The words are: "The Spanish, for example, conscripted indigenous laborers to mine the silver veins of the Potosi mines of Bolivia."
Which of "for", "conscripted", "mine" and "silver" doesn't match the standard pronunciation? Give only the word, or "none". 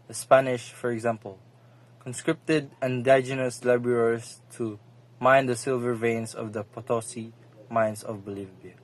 none